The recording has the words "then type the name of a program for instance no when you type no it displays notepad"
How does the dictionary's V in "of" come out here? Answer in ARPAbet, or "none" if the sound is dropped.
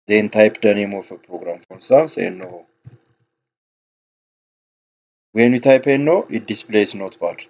F